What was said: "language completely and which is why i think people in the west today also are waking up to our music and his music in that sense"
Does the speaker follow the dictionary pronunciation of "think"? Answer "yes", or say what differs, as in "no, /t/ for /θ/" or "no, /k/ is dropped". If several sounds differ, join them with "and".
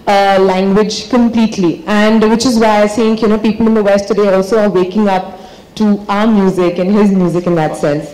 no, /s/ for /θ/